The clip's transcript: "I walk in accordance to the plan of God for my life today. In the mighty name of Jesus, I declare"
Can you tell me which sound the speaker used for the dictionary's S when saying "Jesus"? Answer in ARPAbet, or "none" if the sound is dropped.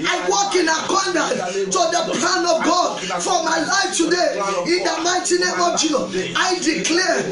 none